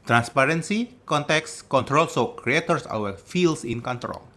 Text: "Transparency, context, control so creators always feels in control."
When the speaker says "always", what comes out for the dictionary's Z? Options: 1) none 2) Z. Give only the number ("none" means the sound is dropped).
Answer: 1